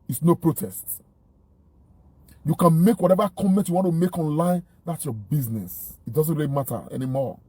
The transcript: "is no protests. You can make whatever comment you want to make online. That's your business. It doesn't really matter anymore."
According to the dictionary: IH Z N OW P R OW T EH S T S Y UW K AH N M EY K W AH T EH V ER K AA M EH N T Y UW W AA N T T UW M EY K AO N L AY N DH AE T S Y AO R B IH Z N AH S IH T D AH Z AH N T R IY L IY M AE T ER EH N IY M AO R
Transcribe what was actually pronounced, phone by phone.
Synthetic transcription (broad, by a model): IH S N OW P R OW T EH S T Y UW K AH N M EY K W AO T EH V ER K AA M EH N T Y UW W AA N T T UW M EY K AO N L AY N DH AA T S Y AO B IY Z N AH S IH T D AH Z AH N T R IY L IY M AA T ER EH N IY M AO